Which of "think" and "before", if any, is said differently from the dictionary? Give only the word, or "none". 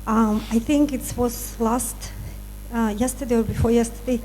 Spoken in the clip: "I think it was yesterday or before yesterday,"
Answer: none